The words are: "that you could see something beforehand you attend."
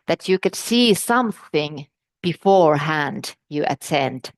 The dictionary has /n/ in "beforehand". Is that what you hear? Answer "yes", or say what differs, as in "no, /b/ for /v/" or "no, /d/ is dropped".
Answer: yes